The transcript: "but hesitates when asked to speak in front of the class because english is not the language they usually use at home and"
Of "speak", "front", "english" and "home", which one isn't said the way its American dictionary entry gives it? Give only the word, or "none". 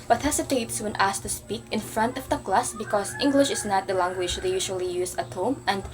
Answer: none